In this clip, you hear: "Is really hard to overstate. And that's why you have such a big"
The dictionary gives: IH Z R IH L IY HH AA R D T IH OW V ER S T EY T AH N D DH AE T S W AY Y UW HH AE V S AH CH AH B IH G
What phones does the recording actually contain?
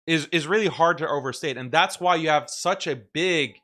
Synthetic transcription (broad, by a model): IH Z R IH L IY HH AA R D T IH OW V ER S T EY T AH N DH AE T S W AY Y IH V S AH CH AH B IH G